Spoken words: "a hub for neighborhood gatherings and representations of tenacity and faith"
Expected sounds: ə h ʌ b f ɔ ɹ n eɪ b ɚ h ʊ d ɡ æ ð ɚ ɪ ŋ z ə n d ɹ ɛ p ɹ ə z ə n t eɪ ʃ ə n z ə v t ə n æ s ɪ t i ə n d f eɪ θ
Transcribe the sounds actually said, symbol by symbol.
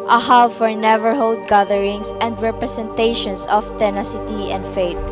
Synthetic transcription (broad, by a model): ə h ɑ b f ɔ ɹ n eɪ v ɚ h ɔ d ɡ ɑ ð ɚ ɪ ŋ s ə n d ɹ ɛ p ɹ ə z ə n t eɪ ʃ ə n s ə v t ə n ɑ s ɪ t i ə n d f eɪ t